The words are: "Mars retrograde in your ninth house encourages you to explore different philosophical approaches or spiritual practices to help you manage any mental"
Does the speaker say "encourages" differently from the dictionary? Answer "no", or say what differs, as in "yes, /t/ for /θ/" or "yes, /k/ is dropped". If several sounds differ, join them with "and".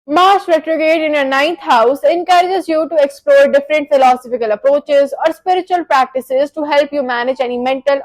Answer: no